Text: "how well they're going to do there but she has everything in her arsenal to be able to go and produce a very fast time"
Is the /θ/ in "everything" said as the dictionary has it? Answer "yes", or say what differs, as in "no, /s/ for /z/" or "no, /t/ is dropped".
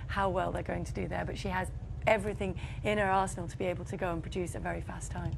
yes